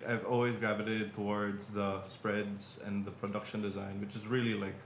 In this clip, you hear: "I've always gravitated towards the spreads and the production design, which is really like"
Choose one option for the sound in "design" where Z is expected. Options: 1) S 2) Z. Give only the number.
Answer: 2